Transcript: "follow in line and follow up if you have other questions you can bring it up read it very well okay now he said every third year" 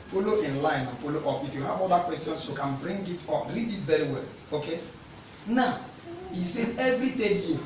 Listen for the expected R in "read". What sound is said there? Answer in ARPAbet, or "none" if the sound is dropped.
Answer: L